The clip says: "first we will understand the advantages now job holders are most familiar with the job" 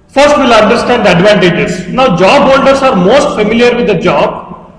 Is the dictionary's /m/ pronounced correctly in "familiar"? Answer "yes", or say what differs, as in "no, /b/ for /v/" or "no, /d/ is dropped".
yes